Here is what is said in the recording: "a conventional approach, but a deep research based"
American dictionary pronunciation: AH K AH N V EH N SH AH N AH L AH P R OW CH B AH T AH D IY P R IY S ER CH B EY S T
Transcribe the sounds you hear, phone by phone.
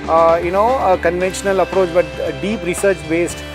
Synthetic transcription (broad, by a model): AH K AH N V EH N SH AH N AH L AH P R OW CH B AH T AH D IY P R IY S ER CH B EY S T